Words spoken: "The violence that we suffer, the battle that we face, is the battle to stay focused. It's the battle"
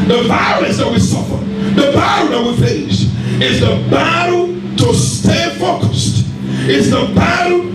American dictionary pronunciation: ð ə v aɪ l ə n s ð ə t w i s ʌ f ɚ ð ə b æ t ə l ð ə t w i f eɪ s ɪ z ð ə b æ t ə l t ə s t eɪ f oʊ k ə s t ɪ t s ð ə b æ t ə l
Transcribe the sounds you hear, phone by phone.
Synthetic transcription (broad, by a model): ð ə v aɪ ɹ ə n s ð ə t w i s ʌ f ɚ ð ə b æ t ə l ð ə t w i f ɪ ʃ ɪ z ð ə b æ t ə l t ə s t eɪ f oʊ k ə s t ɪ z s ð ə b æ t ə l